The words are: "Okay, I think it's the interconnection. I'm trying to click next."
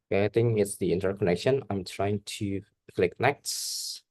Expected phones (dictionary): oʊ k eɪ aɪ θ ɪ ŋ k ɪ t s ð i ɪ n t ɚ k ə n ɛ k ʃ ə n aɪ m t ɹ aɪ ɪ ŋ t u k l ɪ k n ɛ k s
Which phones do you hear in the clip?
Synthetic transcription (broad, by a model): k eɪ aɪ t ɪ ŋ ɪ t s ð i ɪ n t ɚ k ə n ɛ k ʃ ə n aɪ m t ɹ aɪ ɪ ŋ t u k l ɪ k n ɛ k s